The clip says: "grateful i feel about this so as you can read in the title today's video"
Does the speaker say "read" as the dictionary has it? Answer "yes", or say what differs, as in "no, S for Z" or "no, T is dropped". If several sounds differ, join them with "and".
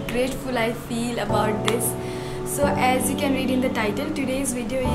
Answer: yes